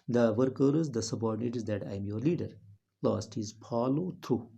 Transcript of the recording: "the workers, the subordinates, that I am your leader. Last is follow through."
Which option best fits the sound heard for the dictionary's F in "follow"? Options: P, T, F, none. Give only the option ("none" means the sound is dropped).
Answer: P